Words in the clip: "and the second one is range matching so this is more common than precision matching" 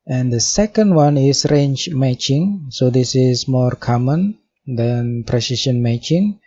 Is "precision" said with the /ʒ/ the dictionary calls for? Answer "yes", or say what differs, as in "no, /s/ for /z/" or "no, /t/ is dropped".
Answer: no, /ʃ/ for /ʒ/